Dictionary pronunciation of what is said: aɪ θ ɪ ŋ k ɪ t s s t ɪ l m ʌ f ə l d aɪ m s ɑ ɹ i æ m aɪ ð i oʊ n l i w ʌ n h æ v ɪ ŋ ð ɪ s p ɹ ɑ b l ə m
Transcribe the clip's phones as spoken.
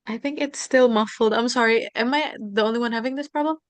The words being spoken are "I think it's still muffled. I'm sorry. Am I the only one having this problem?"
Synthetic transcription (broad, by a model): aɪ θ ɪ ŋ k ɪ t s s t ɪ l m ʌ f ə l d aɪ m s ɑ ɹ i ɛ m aɪ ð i oʊ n l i w ʌ n h æ v ɪ ŋ ð ɪ s p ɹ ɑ b l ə m